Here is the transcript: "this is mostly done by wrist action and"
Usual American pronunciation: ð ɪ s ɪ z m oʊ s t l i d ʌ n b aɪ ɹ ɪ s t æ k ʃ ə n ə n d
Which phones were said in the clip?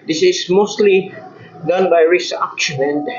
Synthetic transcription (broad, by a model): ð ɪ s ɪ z m oʊ s t l i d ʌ n b aɪ ɹ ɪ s æ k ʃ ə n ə n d